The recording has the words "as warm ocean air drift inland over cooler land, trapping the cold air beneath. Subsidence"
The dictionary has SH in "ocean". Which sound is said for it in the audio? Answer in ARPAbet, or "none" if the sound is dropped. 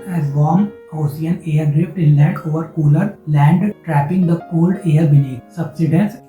S